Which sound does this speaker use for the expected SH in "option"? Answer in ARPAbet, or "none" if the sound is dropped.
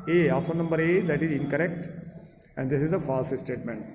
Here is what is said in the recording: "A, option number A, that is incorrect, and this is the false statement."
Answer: S